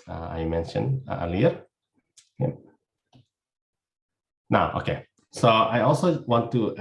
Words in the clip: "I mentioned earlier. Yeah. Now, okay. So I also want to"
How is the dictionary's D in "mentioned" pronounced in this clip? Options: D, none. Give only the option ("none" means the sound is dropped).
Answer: none